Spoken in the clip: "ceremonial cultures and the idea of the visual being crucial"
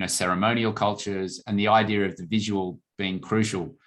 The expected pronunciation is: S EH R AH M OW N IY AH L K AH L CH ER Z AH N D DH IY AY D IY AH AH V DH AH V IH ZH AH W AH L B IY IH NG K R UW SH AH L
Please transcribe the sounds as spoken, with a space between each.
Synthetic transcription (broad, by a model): S EH R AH M OW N IY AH L K AH L CH ER Z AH N DH IY AY D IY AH AH V DH AH V IH ZH AH W AH L B IY IH NG K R UW SH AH L